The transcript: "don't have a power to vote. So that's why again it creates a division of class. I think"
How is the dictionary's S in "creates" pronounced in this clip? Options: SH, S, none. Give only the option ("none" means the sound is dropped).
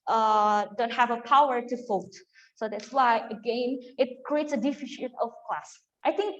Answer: S